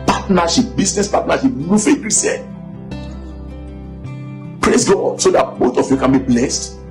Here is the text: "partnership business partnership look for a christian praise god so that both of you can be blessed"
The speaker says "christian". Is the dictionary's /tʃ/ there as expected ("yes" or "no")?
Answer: no